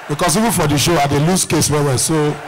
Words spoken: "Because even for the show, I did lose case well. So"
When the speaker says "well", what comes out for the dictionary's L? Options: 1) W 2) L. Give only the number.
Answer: 1